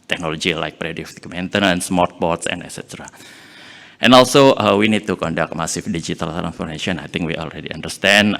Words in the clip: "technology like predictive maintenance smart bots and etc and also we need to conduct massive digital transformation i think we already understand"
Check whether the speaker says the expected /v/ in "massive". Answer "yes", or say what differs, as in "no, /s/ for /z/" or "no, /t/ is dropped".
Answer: no, /f/ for /v/